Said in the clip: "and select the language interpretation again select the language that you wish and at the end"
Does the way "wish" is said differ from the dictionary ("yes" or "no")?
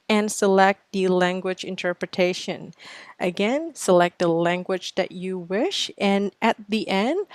no